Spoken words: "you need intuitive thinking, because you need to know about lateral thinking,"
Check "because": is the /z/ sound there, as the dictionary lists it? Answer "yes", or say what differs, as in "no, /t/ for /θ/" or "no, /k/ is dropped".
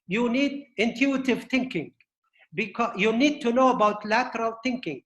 no, /z/ is dropped